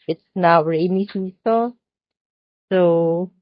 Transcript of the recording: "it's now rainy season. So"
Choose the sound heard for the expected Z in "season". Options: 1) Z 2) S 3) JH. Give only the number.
2